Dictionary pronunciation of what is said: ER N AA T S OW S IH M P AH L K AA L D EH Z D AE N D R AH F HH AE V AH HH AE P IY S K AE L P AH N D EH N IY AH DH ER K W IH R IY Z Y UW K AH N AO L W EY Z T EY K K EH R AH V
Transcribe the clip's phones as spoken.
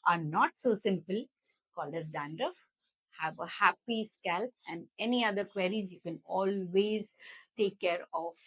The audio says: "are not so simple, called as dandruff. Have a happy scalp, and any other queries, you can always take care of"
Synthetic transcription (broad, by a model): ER N AA T S OW S IH M P AH L K AA L D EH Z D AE N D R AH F HH AE V AH HH AE P IY S K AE L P AH N D EH N IY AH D ER K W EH R IY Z Y UW K AH N AO L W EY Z T EY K K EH R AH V